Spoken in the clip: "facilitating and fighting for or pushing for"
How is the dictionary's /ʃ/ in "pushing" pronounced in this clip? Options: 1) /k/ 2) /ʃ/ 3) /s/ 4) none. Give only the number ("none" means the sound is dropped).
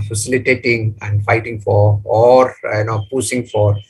3